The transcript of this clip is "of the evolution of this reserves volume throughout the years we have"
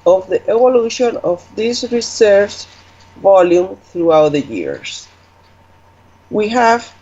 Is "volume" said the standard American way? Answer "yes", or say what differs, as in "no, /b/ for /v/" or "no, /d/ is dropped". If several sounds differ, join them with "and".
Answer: yes